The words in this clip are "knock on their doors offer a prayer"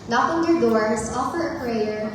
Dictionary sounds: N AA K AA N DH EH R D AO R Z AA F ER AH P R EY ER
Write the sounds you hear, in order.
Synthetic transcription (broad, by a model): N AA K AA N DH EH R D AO R S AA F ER AH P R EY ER